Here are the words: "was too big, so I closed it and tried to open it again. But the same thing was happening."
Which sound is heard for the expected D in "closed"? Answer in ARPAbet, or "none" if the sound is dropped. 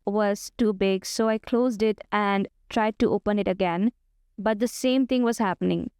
D